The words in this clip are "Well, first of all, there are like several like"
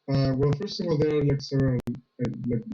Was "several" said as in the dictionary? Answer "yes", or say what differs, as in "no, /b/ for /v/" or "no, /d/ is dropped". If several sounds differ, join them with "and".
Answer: no, /v/ is dropped and /n/ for /l/